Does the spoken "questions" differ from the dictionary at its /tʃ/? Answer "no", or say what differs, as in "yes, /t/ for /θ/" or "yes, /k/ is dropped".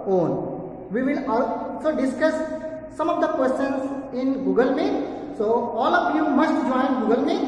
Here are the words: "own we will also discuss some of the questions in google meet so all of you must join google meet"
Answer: yes, /tʃ/ is dropped